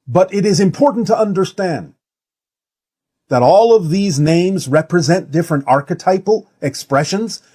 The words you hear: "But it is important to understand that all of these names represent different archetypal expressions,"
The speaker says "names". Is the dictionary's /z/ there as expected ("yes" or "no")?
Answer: yes